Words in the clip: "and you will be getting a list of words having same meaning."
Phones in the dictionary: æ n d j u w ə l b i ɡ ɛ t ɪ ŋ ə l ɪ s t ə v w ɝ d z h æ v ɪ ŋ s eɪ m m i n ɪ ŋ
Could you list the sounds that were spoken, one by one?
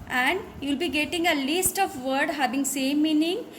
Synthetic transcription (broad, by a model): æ n d j u l b i ɡ ɛ t ɪ ŋ ə l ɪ s t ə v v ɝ d h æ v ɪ ŋ s eɪ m m i n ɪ ŋ